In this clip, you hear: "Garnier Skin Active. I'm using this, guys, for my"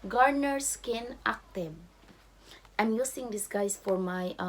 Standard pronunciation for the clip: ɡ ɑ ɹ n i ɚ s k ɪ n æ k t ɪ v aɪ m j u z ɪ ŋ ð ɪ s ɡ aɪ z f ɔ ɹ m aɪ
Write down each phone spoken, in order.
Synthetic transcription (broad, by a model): ɡ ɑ ɹ n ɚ s k ɪ n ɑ k t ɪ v aɪ m j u s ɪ ŋ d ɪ s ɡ aɪ s f ɔ ɹ m aɪ